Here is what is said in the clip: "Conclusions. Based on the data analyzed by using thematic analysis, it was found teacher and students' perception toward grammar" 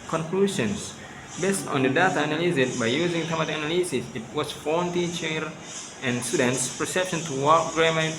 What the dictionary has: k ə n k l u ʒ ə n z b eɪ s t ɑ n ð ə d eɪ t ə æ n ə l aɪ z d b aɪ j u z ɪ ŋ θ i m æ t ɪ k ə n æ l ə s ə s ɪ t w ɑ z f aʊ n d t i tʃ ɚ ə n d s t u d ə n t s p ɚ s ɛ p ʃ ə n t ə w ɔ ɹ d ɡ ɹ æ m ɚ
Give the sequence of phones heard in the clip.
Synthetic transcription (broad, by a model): k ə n k l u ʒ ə n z b eɪ s t ɑ n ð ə d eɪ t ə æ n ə l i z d b aɪ j u z ɪ ŋ t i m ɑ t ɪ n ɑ l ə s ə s ɪ t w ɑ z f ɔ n t i tʃ ɚ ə n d s t u d ə n t s p ɚ s ɛ p ʃ ə n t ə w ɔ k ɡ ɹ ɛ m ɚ